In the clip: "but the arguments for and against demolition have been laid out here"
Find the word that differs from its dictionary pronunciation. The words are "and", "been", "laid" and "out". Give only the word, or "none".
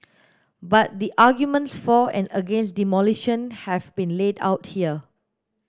none